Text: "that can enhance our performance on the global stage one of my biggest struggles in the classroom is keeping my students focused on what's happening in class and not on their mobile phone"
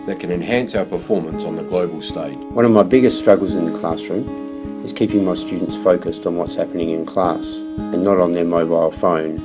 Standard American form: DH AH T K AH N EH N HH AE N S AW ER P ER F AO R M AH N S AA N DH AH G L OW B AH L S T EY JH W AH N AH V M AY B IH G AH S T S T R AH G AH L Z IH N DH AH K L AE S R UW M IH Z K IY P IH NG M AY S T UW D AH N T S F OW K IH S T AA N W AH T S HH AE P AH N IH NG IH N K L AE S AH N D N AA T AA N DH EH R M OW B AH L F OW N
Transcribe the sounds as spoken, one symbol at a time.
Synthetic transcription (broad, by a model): DH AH T K AH N EH N HH AE N S AW ER P ER F AO R M AH N S N DH AH G L OW B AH L S T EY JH W AH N AH V M AY B IH G AH S T S T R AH G L Z IH N DH AH K L AE S R UW M IH Z K IY P IH NG M AY S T UW D N T S F OW K IH S T N W AH T S HH AE P AH N IH NG IH N K L AE S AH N N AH T N DH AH R M OW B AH L F OW N